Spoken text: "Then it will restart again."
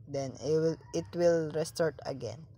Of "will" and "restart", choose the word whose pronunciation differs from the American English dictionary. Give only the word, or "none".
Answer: none